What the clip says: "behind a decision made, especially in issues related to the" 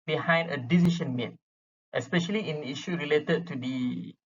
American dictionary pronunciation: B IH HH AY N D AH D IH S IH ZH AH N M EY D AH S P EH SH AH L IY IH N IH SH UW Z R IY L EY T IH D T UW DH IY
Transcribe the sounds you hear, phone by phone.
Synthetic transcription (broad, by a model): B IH HH AY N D AH D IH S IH SH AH N M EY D AH S P EH SH AH L IY IH N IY SH UW R IY L EY T IH D T UW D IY